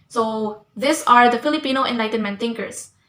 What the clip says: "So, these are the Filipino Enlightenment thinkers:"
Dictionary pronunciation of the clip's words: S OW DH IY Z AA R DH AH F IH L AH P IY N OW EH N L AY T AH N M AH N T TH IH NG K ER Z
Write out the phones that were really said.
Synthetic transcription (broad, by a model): S OW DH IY S AA R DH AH F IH L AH P IY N OW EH N L AY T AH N M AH N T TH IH NG K ER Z